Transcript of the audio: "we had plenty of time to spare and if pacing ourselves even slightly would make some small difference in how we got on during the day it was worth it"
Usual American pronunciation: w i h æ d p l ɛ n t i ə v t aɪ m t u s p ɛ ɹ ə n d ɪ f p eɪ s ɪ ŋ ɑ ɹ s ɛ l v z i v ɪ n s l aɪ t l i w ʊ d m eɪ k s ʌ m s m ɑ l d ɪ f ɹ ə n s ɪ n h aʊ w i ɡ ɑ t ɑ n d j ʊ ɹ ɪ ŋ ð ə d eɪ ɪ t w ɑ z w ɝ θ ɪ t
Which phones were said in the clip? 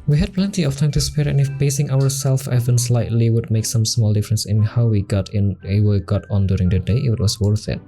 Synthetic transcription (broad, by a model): w i h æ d p l ɛ n t i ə f t aɪ m t u s p ɛ ɹ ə n ɪ f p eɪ s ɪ ŋ ɑ ɹ s ɛ l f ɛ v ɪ n s l aɪ t l i w ʊ d m eɪ k s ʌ m s m ɑ l d ɪ f ɹ ə n s ɪ n h aʊ w i ɡ ɑ t ɑ n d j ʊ ɹ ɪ ŋ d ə d eɪ ɪ t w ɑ s w ɝ θ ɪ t